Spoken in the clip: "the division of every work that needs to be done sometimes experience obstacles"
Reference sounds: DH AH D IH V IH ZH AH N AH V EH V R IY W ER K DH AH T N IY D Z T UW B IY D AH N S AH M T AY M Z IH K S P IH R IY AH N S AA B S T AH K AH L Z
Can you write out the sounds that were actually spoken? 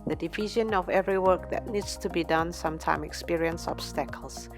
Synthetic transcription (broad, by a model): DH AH D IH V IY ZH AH N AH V EH V R IY W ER K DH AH T N IY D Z T UW B IY D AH N S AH M T AY M IH K S P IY R IY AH N S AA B S T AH K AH L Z